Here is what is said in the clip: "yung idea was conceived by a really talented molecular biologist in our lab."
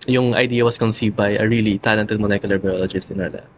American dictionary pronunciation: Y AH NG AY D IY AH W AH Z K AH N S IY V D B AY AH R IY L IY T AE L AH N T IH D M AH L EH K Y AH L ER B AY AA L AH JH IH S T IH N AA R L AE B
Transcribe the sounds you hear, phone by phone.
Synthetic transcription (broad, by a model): Y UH NG AY D IY AH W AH S K AH N S IY V D B AY AH R IY L IY T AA L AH N T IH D M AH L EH K Y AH L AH B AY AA L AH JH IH S T IH N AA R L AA